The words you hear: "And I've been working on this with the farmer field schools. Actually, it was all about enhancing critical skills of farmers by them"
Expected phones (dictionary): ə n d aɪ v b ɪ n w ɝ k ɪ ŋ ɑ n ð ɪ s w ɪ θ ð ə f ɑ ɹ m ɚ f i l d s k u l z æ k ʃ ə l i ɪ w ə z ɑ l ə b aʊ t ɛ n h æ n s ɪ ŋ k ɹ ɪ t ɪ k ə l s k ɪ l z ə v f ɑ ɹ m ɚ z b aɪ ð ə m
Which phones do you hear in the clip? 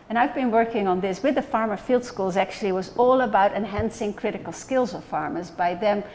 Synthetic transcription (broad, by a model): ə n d aɪ v b ɪ n w ɝ k ɪ ŋ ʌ n ð ɪ s w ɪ ð ə f ɑ ɹ m ɚ f i l d s k u l z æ k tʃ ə l i w ə z ɑ l ə b aʊ t ɛ n h æ n s ɪ ŋ k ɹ ɪ t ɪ k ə l s k ɪ l z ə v f ɑ ɹ m ɚ z b aɪ ð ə m